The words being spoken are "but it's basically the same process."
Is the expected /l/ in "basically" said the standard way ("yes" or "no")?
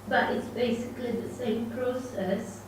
yes